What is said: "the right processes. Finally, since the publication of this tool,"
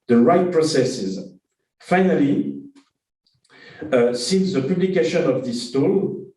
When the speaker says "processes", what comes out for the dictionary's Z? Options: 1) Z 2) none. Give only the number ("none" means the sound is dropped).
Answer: 1